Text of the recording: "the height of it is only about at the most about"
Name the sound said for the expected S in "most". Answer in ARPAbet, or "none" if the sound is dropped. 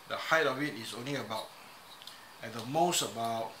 S